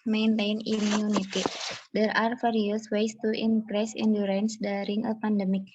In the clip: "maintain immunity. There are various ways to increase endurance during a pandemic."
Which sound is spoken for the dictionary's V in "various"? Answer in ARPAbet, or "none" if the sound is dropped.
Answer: F